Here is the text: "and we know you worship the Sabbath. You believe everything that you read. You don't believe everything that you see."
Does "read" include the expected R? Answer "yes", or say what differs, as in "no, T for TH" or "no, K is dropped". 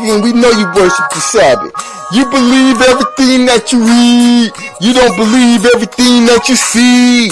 no, W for R